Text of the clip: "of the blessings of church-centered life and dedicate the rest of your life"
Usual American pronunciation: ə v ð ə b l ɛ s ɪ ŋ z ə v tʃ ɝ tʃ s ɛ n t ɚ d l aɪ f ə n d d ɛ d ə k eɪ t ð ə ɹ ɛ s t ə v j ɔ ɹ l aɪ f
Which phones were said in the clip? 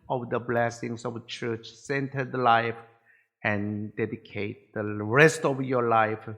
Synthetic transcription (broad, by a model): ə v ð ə b l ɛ s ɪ ŋ s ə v tʃ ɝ tʃ s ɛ n t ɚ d l aɪ f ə n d d ɛ d ə k eɪ t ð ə ɹ ɛ s t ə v j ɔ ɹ l aɪ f